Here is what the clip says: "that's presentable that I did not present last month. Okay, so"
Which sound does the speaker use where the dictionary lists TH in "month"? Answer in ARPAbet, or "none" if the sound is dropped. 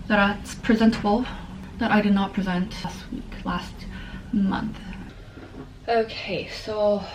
TH